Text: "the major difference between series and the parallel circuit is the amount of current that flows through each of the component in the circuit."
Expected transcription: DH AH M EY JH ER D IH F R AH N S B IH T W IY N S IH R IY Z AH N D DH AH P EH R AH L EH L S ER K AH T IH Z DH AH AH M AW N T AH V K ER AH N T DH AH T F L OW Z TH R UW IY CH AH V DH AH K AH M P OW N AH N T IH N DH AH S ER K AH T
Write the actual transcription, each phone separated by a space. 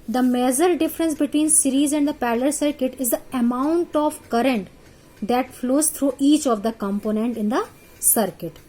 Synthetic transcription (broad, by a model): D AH M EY Z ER D IH F R AH N S B IH T W IY N S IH R IY Z AH N D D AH P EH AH L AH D S ER K AH T IH Z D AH AH M AW N T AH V K ER AH N T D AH T F L OW Z T R UW IY CH AH V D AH K AH M P OW N AH N T IH N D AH S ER K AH T